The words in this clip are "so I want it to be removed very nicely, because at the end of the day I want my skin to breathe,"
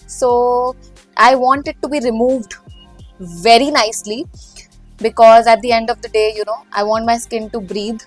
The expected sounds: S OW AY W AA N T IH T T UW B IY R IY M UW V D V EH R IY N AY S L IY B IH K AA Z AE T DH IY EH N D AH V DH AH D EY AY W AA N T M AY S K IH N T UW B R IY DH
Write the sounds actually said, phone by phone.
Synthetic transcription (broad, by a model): S OW AY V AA N T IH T T UW B IY R IY M UW V D V EH R IY N AY S L IY B IH K AA Z AE T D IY EH N D AH V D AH D EY AY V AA N T M AY S K IH N T UW B R IY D